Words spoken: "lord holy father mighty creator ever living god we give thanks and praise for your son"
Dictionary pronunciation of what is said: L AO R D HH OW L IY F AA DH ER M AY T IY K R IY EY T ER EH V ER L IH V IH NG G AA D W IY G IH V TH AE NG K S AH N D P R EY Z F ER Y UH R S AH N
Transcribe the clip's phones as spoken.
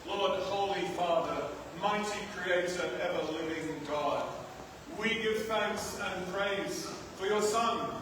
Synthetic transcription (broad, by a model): L AO R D HH OW L IY F AA DH ER M AY T IY K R IY EY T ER EH V ER L IH V IH NG G AA D W IY G IH V TH AE NG K S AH N P R EY Z F ER Y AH R S AH N